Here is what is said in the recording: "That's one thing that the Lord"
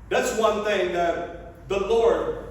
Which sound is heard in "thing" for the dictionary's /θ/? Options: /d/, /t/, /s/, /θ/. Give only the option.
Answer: /θ/